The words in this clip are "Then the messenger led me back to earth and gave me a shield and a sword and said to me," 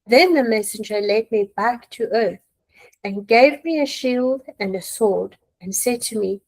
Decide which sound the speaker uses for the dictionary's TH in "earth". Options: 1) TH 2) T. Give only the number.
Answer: 1